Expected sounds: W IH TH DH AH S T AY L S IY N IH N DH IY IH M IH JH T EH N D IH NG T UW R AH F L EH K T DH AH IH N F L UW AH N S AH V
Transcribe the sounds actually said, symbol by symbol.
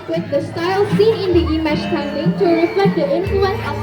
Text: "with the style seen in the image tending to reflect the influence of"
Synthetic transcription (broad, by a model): W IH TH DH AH S T AY L S IY N IH N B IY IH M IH CH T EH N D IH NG T UW R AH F L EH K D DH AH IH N F L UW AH N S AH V